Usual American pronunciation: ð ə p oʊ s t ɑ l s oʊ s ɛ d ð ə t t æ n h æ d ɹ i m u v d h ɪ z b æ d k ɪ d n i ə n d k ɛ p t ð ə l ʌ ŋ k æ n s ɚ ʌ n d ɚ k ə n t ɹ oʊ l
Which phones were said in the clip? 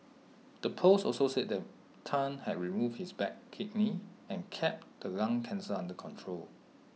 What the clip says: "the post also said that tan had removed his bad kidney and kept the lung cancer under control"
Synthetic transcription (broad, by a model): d ə p oʊ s ɑ l s oʊ s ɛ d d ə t t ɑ n h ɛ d ɹ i m u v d h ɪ s b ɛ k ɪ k n i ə n k ɛ p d ə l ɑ ŋ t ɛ n s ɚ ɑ n d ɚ k ə n t ɹ oʊ l